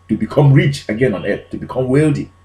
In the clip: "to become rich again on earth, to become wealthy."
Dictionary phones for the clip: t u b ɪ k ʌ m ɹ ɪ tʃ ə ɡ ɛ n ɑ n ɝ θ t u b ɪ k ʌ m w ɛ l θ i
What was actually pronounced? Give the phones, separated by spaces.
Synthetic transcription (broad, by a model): t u b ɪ k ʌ m ɹ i tʃ ə ɡ ɛ n ɑ n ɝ t t u b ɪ k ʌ m w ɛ l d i